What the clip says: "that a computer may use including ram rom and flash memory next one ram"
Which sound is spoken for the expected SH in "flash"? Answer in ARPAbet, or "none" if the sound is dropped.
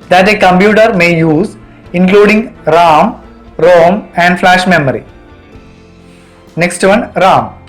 SH